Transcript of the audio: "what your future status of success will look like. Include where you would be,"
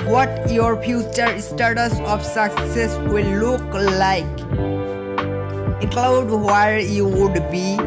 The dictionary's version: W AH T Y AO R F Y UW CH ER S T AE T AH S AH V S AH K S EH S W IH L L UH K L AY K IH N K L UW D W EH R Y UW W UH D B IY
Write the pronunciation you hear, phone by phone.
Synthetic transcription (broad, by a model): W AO T Y AO R P Y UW CH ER S T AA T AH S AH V S AH K S EH S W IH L L UH K L AY K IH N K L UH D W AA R Y UW W UH D B IY